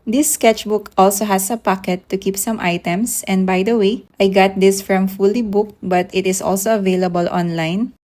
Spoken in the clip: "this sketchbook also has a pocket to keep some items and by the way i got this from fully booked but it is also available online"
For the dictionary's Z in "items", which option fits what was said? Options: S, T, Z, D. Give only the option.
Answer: S